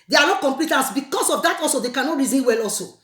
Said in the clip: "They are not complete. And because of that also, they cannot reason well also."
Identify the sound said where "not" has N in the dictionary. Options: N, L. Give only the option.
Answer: L